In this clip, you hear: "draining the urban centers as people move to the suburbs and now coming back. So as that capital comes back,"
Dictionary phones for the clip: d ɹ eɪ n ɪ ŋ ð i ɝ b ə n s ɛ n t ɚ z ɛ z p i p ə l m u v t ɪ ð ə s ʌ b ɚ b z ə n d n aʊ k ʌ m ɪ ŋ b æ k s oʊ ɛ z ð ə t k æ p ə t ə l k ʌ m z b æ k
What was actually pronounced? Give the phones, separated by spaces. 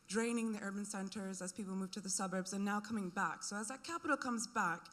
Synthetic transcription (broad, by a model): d ɹ eɪ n ɪ ŋ ð i ɝ b ə n s ɛ n t ɚ z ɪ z p i p l m u v t ɪ ð ə s ʌ b ɚ b z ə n n aʊ k ʌ m ɪ ŋ b æ k s oʊ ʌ z ð ə t k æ p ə t l k ʌ m z b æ k